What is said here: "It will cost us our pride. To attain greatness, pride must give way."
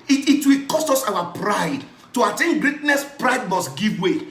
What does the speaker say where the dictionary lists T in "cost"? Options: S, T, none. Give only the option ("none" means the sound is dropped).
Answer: T